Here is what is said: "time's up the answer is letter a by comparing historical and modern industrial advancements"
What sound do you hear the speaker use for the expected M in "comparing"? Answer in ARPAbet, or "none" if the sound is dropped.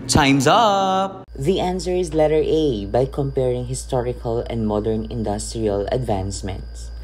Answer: M